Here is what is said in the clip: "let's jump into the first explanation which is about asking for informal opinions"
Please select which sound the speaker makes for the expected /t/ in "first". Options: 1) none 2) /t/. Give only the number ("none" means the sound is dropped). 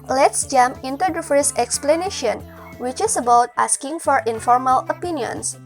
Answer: 1